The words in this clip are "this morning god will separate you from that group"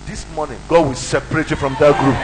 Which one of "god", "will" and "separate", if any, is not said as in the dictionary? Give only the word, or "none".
none